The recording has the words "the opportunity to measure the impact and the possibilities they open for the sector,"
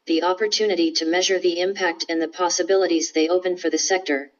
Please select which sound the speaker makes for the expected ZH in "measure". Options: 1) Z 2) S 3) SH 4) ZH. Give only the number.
4